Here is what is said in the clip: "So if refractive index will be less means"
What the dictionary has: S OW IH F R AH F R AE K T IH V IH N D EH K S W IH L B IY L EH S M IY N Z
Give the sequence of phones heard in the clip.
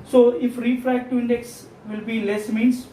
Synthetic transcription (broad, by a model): S OW IH F R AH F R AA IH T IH IH N D EH K S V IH L B IY L EH S M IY N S